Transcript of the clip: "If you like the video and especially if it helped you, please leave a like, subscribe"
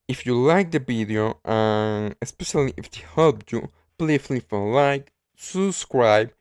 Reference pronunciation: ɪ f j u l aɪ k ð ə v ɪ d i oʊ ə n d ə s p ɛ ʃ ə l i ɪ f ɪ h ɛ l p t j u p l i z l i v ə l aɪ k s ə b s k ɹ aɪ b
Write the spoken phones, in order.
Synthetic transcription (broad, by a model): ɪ f j u l aɪ k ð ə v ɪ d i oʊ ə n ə s p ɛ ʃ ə l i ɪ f ɪ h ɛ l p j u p l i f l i f ə l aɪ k s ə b s k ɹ aɪ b